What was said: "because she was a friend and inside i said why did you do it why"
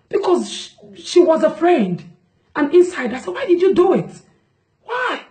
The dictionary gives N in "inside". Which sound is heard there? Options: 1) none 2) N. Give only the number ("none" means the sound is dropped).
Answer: 2